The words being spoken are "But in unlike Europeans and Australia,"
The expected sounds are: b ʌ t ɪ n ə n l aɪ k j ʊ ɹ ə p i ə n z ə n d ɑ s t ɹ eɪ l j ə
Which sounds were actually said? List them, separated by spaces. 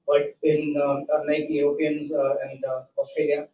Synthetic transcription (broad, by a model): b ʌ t ɪ n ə n aɪ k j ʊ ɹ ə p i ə n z ə n d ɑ s t ɹ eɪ l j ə